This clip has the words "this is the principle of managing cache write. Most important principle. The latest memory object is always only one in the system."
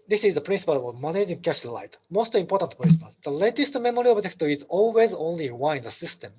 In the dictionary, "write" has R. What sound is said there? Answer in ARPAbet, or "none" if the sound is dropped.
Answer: L